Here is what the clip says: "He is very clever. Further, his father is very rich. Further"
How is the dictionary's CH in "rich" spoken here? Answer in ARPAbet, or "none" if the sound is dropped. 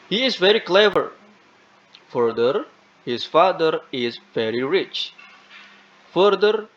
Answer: CH